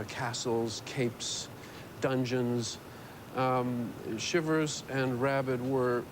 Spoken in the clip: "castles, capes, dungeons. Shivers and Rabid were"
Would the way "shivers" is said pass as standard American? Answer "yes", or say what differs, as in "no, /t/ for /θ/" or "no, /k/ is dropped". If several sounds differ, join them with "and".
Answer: yes